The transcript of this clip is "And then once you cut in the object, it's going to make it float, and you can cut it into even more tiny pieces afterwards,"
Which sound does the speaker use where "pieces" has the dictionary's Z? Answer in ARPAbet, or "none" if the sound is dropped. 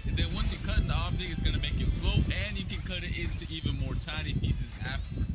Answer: Z